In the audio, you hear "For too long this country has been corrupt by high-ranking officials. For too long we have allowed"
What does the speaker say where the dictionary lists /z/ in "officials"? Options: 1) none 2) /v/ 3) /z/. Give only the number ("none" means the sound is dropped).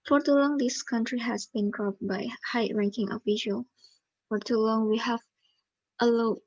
1